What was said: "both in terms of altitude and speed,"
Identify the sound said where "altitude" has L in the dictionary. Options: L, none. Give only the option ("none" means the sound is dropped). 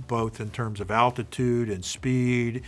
L